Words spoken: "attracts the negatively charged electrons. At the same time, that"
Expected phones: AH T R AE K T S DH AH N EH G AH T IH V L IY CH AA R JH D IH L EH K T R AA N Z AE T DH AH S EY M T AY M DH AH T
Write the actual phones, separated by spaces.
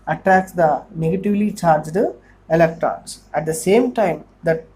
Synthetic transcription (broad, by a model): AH T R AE K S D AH N EH G AH T IH V L IY CH AA R JH D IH L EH K T R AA N S AE T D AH S EY M T AY M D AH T